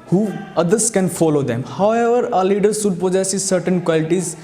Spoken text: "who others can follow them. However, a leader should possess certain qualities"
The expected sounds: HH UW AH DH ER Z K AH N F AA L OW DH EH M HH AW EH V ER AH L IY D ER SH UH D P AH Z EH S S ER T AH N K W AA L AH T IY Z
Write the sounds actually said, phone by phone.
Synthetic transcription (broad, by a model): HH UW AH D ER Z K AH N F AA L OW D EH M HH AW EH V ER AH L IY D ER S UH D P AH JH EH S S ER T AH N K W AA L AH T IY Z